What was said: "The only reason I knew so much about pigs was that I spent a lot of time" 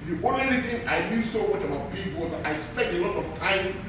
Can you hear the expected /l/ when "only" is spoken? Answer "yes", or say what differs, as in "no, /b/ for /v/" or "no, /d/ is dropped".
no, /l/ is dropped